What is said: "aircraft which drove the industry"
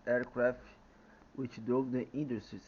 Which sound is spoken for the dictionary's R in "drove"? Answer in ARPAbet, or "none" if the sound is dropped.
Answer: none